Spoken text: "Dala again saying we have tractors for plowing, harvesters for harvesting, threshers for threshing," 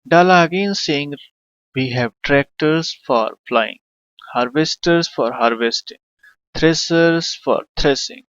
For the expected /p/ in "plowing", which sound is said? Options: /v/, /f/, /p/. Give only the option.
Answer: /f/